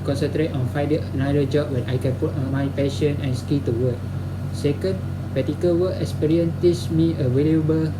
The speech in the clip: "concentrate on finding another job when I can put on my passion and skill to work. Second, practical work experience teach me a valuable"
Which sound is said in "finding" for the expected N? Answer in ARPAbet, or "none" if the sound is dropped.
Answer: none